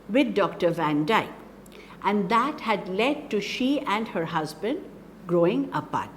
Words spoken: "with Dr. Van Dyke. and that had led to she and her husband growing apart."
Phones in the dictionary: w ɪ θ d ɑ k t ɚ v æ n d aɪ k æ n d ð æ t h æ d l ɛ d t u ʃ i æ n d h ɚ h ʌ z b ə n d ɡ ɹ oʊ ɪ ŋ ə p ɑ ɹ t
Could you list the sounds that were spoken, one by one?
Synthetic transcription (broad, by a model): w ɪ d d ɑ k t ɚ v æ n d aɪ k æ n d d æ t h æ d l ɛ d t u ʃ i æ n d h ɚ h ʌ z b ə n d ɡ ɹ oʊ ɪ ŋ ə p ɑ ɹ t